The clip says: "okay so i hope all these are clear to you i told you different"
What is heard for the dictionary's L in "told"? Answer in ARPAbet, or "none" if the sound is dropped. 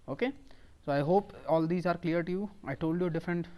L